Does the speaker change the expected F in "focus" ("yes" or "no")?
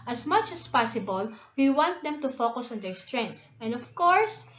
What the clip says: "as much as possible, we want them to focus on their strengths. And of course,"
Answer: no